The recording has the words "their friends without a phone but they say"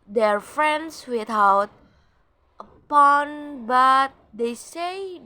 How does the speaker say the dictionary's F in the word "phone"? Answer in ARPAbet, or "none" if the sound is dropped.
P